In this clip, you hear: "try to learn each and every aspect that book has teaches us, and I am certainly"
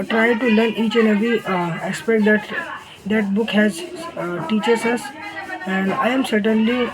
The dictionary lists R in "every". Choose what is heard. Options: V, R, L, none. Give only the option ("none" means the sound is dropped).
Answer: none